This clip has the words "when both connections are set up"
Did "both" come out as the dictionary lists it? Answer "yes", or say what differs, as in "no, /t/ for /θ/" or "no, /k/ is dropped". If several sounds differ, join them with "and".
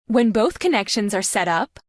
yes